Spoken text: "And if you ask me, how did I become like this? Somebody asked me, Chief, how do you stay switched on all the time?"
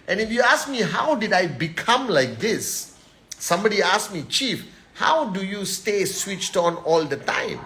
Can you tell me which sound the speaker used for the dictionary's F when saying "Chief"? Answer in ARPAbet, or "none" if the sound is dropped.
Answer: F